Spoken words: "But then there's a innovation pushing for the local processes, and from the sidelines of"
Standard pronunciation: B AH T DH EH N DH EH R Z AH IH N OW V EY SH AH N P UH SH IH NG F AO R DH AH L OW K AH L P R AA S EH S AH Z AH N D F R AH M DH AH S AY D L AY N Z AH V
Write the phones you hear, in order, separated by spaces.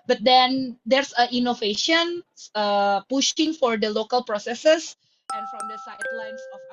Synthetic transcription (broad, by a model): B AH T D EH N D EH R S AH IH N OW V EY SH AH N P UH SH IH NG F AO R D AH L OW K AH L P R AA S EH S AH S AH N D F R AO M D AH S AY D L AY N S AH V